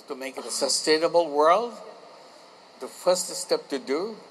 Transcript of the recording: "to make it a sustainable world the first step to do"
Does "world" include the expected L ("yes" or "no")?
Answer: yes